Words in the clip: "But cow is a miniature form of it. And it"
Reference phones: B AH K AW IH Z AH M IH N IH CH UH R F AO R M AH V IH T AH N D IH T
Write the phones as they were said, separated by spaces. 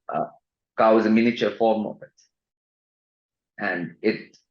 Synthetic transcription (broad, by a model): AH K AW IH Z AH M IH N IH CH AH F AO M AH P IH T AH N D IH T